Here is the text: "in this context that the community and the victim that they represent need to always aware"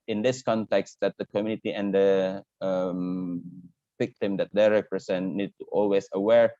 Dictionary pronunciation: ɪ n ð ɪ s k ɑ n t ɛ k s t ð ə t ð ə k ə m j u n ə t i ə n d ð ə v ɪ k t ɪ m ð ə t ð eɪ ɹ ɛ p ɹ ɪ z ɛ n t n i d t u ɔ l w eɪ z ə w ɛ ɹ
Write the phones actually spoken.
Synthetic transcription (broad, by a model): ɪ n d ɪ s k ɑ n t ɛ k s t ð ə t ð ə k ə m j u n ə t i ə n d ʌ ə v ɪ k t ɪ m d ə t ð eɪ ɹ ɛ p ɹ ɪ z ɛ n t n i d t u ɔ l w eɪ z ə w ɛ ɹ